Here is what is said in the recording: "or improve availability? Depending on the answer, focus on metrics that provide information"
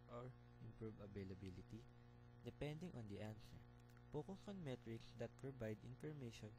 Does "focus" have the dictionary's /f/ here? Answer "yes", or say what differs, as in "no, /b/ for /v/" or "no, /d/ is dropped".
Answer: no, /p/ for /f/